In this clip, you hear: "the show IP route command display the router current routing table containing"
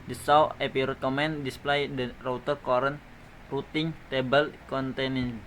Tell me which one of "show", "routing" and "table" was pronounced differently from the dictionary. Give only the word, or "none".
show